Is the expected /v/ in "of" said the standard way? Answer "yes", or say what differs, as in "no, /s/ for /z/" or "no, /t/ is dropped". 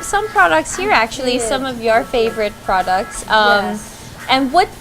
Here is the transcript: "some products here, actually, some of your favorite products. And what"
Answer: yes